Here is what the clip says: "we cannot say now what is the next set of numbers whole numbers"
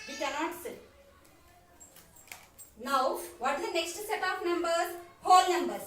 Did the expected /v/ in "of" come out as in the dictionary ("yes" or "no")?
no